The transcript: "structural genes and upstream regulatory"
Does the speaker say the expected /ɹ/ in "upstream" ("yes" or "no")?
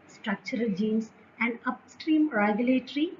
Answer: yes